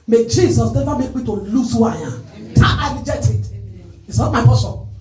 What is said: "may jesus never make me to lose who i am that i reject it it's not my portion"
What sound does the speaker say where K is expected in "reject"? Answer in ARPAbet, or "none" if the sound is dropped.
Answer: none